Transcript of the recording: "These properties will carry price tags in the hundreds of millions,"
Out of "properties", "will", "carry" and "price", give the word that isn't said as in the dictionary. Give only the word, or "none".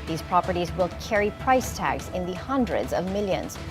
none